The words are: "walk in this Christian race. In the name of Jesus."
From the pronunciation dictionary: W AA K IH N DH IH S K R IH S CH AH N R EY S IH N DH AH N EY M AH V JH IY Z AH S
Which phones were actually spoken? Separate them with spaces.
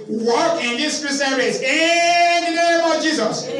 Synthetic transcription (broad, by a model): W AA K IH N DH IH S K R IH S AH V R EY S IH N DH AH N EY M AH V JH IY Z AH S